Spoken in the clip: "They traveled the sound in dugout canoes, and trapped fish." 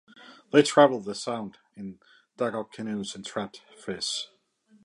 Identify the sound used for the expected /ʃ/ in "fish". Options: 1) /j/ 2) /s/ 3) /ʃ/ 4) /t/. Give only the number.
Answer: 2